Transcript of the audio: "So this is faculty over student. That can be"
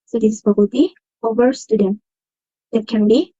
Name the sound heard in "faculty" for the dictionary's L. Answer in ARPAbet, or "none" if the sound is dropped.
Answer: none